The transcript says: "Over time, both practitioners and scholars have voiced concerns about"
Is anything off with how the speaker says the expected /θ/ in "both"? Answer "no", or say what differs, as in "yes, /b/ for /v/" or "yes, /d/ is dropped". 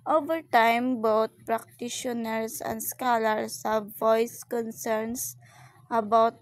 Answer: yes, /t/ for /θ/